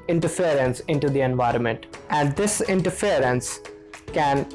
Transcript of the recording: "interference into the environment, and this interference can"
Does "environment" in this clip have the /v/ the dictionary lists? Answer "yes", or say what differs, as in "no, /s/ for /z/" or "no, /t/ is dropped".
yes